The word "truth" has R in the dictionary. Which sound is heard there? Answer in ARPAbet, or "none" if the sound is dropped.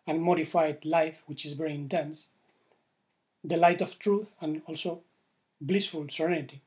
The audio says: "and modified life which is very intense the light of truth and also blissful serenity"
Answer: R